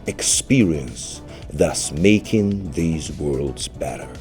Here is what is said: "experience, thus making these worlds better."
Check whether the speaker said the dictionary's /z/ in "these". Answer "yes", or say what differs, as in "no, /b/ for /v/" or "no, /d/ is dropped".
yes